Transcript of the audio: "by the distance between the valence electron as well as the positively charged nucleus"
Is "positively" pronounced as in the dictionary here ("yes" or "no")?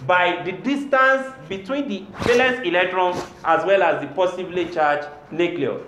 no